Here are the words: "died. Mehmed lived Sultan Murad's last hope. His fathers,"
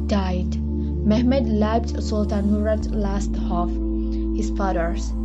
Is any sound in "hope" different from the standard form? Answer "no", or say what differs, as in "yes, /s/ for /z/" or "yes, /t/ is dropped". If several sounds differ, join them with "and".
yes, /f/ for /p/